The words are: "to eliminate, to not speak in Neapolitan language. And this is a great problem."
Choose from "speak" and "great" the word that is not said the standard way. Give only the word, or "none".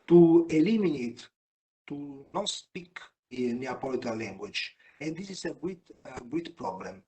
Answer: great